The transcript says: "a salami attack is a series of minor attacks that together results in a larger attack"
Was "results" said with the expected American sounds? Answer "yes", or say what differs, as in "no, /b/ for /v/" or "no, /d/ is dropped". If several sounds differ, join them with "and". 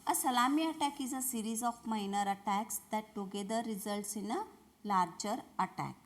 yes